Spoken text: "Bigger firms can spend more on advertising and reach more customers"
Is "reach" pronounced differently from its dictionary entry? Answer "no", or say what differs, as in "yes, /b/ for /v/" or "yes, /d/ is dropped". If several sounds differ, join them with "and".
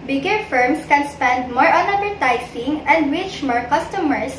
yes, /w/ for /ɹ/